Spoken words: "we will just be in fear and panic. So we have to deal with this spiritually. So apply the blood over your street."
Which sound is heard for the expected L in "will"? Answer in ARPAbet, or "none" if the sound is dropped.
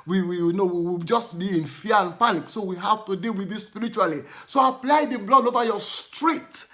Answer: W